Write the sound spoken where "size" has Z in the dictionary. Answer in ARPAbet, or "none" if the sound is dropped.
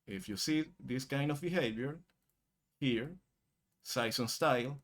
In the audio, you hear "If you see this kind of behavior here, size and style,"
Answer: S